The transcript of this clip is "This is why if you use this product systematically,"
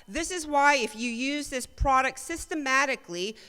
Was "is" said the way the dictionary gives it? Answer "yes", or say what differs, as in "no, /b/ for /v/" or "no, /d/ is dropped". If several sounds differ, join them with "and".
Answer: yes